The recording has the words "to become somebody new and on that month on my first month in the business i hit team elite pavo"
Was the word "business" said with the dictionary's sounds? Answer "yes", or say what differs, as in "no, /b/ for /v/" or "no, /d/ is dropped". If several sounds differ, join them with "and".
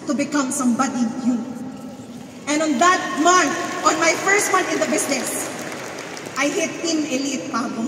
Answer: no, /s/ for /z/